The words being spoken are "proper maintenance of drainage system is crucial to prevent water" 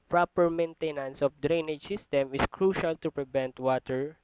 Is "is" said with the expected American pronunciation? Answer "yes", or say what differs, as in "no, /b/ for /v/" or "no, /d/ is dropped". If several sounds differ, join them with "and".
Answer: no, /s/ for /z/